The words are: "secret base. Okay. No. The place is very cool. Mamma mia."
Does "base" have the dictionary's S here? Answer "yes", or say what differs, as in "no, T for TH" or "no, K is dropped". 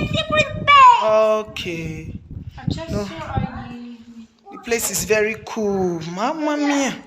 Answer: no, S is dropped